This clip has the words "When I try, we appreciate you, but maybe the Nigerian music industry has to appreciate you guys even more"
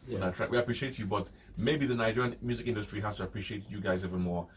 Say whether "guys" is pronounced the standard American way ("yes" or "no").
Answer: yes